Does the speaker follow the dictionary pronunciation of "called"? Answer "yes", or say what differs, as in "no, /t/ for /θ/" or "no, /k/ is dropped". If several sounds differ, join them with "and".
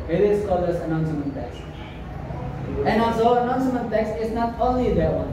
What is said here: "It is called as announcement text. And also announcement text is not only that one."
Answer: no, /d/ is dropped